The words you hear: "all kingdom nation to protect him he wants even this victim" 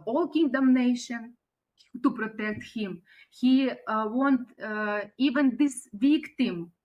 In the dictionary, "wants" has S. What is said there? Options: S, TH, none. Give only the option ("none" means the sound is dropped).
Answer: none